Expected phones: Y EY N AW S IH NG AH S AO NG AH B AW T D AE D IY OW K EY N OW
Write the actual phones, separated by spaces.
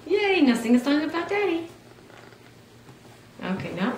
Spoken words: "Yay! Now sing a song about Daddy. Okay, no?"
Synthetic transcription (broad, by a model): Y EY N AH TH IH NG AH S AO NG AH B AW T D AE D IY OW K EY N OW